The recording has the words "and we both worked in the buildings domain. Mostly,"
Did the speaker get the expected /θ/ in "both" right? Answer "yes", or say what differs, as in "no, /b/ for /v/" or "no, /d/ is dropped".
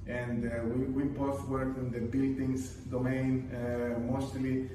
no, /t/ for /θ/